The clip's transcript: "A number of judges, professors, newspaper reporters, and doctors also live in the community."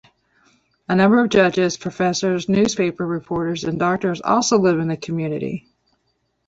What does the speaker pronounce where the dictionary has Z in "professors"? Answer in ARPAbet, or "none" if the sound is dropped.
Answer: Z